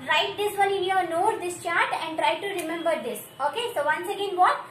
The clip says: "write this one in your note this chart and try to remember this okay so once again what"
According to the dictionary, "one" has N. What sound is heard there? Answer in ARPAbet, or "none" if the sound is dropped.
L